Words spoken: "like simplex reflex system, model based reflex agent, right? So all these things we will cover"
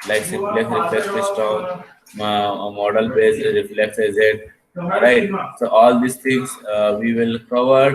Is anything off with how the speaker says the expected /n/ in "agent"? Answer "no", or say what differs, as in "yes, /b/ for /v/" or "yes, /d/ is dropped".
yes, /n/ is dropped